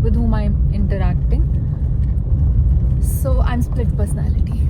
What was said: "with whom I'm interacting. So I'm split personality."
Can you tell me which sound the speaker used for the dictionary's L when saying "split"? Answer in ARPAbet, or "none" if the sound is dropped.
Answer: L